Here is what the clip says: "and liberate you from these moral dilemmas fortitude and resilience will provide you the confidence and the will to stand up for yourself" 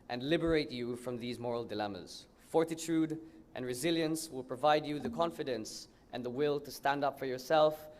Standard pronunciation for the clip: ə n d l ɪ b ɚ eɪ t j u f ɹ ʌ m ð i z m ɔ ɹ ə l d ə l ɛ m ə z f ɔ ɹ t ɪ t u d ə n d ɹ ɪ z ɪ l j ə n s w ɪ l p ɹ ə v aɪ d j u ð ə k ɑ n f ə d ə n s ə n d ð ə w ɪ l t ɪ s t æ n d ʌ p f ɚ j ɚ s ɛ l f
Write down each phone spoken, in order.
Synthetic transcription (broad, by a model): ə n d l ɪ b ɚ eɪ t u f ɹ ʌ m ð i z m ɔ ɹ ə l d ə l ɛ m ə z f ɔ ɹ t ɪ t u d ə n ɹ ɪ z ɪ l j ə n s w ɪ l p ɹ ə v aɪ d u ð ə k ɑ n f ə d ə n s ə n ð ə w ɪ l t ɪ s t æ n d ʌ p f ɚ j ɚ s ɛ l f